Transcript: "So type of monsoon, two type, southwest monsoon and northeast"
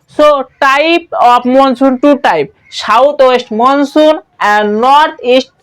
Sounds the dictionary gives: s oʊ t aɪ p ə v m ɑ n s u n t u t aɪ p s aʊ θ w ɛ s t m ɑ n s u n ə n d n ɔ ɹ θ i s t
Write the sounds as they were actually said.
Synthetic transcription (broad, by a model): s oʊ t aɪ p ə p m ɑ n s u n t u t aɪ p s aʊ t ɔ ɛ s t m ɑ n s u n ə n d n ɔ ɹ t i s t